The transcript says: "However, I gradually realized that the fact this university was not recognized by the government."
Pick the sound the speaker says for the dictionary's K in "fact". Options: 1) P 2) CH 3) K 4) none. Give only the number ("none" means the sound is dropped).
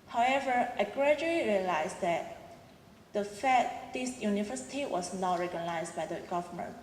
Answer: 4